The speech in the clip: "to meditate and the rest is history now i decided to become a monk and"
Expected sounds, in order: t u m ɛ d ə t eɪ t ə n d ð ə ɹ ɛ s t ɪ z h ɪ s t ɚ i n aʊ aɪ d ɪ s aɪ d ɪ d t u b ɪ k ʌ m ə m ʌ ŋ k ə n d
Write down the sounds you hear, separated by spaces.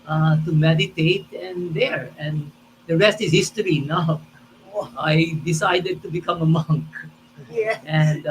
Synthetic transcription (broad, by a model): t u m ɛ d ə t eɪ t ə n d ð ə ɹ ɛ s t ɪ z h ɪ s t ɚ i n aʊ aɪ d ɪ s aɪ d ɪ d t u b ɪ k ʌ m ə m ʌ ŋ k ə n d